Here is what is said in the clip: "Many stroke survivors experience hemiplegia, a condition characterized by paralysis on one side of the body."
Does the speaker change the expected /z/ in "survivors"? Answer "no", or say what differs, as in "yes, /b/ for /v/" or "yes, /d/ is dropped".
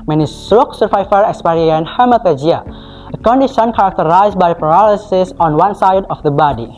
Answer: yes, /z/ is dropped